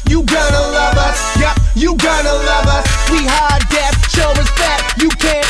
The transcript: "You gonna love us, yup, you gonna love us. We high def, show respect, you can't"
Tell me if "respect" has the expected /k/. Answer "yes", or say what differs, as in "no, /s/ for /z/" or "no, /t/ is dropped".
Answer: no, /k/ is dropped